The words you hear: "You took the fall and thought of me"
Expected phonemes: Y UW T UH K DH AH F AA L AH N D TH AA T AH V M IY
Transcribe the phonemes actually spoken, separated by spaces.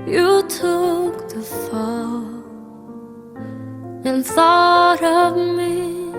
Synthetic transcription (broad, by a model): Y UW T UH K DH AH F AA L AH N TH AA T AH V M IY